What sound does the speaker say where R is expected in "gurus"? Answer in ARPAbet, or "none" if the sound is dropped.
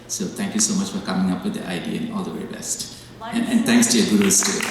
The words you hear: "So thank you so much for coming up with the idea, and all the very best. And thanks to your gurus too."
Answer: W